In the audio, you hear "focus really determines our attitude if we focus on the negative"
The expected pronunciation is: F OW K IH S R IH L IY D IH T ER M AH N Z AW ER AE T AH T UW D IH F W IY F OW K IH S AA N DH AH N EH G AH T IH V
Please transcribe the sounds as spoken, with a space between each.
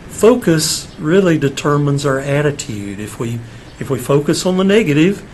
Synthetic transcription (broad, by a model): F OW K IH S R IH L IY D IH T ER M AH N Z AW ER AE T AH T UW D IH F W IY F OW K IH S N DH AH N EH G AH T IH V